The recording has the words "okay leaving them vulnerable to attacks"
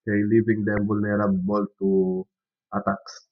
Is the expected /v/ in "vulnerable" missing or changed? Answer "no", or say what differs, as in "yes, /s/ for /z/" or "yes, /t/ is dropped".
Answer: yes, /b/ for /v/